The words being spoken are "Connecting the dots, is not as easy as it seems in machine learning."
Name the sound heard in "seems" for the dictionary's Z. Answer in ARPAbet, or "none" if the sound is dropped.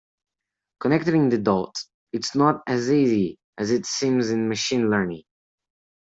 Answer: Z